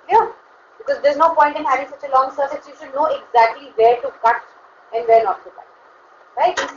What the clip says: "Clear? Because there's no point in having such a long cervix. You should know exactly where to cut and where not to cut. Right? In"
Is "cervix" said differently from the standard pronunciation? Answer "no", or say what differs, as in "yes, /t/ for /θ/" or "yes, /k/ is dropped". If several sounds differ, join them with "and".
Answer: yes, /k/ is dropped